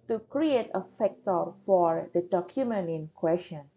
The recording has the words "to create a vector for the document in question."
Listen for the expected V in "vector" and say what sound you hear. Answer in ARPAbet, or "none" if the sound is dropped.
F